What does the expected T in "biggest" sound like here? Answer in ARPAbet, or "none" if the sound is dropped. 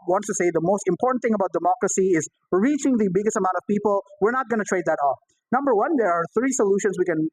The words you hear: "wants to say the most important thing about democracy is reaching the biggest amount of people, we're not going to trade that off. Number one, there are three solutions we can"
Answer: T